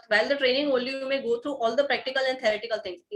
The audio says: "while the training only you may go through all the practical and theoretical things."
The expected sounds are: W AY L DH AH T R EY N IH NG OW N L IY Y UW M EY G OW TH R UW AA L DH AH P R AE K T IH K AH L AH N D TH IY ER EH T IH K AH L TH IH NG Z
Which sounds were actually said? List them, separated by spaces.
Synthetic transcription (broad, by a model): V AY L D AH T R EY N IH NG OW L Y UW M EY G OW T R UW AA L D AH P R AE K T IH K AH L AH N D T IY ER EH T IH K AH L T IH NG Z